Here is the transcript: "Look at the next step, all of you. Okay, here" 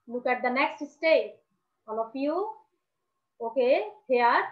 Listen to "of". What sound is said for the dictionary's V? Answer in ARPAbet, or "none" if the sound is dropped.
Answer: P